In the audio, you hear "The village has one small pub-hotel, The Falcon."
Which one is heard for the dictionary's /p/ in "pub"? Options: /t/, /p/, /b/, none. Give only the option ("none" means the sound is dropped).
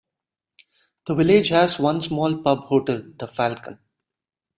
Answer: /p/